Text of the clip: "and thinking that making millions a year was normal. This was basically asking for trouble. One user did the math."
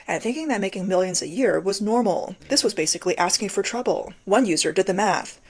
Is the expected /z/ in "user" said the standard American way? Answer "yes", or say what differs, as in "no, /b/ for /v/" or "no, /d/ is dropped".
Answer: yes